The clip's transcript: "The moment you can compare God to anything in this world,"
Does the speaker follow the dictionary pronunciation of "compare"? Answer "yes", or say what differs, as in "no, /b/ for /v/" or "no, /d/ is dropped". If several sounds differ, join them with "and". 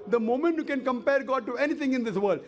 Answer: yes